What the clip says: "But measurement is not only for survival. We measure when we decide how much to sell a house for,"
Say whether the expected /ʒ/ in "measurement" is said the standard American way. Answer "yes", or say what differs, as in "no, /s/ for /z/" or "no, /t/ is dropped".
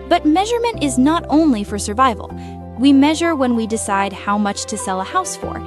yes